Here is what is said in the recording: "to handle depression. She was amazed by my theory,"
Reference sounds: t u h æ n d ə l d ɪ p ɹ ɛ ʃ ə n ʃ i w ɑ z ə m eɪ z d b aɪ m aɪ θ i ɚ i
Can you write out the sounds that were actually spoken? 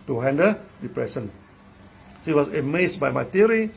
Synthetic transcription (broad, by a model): t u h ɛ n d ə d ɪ p ɹ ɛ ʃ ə n s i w ɑ s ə m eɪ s b aɪ m aɪ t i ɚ i